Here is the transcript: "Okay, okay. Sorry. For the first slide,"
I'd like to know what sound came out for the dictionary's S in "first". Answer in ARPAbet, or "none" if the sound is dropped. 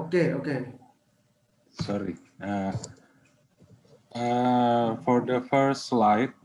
none